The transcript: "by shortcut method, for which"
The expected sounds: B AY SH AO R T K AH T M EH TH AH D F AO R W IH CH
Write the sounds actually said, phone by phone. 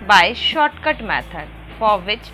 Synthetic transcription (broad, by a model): B AY SH AO R T K AH T M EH T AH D F AO R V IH CH